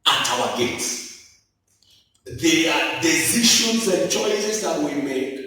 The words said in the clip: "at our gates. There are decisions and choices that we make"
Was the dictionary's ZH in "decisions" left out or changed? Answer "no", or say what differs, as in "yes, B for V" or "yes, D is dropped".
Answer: yes, SH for ZH